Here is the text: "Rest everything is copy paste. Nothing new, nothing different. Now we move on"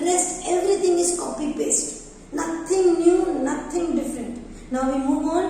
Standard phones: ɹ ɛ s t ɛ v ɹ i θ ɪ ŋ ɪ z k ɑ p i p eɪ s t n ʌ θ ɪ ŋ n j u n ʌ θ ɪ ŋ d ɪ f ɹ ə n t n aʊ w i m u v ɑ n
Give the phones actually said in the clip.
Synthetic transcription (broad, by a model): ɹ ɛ s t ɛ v ɹ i t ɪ ŋ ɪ s k ɑ p i b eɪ s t n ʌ t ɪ ŋ n j u n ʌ t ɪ ŋ d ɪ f ɹ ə n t n aʊ w i m u v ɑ n